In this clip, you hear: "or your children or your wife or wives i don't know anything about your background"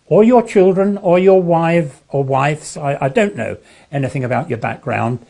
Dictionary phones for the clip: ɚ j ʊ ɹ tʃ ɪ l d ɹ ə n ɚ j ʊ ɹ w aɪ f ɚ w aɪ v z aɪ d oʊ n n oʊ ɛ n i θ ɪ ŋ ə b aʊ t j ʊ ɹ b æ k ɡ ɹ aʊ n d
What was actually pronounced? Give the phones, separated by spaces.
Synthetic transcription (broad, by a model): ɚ j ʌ ɹ tʃ ɪ l d ɹ ə n ɚ j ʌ ɹ w aɪ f ɚ w aɪ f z aɪ d oʊ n n oʊ ɛ n i θ ɪ ŋ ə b aʊ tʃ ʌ ɹ b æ k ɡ ɹ aʊ n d